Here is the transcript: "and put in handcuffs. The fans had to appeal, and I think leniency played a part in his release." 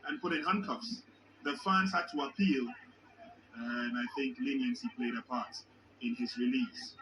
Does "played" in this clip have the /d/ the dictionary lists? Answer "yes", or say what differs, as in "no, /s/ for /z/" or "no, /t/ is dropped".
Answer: yes